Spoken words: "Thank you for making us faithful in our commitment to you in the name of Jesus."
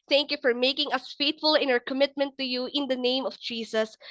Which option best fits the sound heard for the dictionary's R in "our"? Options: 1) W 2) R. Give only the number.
2